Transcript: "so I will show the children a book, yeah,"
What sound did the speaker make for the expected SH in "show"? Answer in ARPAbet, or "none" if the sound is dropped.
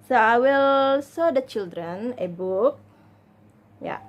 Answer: S